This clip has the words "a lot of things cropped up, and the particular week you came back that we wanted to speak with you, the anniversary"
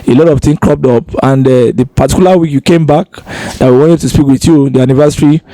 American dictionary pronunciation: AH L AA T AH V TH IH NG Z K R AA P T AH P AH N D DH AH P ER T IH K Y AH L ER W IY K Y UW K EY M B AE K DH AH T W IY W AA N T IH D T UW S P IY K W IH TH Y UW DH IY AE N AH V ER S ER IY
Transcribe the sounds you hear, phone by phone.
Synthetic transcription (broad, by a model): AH L AA T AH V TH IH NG K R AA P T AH P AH N D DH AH P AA T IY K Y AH L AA W IY K Y UW K EY M B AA K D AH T W IY W AA N T IH D T UW S P IY K W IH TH Y UW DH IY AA N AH V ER S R IY